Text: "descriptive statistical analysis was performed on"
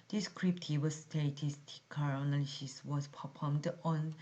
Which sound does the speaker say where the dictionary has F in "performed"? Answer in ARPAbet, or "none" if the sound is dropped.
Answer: P